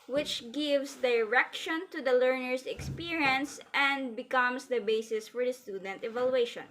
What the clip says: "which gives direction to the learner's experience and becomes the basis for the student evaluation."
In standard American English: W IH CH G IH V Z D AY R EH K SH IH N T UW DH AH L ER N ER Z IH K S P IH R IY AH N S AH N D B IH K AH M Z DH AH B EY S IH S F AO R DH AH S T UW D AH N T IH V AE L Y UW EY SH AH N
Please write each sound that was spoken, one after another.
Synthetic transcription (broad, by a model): W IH CH G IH V S D AY R EH K SH IH N T UW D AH L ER N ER S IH K S P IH R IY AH N S AH N D B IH K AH M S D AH B EY S IH S F AO R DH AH S T UW D AH N T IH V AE L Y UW EY SH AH N